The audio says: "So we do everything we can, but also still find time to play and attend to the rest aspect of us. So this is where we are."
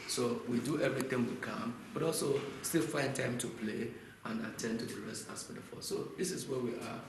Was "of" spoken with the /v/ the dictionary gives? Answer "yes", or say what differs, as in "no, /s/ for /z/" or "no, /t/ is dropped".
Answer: no, /f/ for /v/